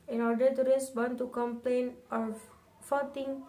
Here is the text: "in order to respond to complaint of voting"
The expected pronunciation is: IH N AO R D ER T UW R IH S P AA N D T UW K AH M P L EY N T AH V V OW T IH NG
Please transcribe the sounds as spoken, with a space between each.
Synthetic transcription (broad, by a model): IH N AO R D ER T UW R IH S B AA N T UW K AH M P L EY N AH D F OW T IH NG